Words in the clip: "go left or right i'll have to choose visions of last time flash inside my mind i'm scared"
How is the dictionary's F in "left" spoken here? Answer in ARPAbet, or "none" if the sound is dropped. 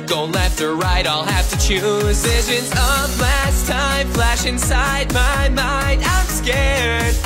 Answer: F